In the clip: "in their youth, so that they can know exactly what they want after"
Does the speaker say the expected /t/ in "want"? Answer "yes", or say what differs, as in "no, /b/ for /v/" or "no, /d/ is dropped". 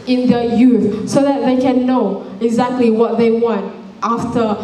yes